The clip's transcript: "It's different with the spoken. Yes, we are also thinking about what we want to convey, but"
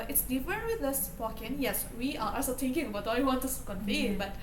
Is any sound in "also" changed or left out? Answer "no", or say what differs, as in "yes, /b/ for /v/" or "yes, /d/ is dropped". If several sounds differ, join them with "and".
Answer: yes, /l/ is dropped